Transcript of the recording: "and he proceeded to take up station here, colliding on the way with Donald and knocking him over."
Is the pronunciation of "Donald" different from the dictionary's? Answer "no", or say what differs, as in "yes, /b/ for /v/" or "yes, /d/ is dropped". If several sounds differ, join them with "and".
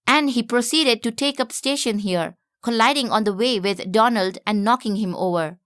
no